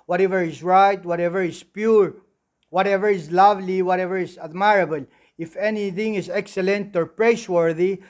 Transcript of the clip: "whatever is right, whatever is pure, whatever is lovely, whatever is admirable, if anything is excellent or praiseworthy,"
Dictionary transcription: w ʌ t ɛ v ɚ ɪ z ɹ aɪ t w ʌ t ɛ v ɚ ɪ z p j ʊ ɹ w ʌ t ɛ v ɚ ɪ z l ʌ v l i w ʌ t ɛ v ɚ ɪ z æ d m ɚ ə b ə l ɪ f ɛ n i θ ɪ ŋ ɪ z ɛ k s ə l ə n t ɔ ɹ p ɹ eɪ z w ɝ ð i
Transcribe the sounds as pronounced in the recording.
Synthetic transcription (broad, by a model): w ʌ t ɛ v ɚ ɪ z ɹ aɪ t w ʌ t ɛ v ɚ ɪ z p j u ɹ w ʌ t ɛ v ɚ ɪ z l ʌ v l i w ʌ t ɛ v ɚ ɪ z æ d m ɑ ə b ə l ɪ f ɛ n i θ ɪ ŋ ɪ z ɛ k s ə l ə n t ɔ ɹ p ɹ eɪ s w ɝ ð i